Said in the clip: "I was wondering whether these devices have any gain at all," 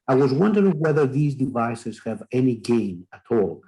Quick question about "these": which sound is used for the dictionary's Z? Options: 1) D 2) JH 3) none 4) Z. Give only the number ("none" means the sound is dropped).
4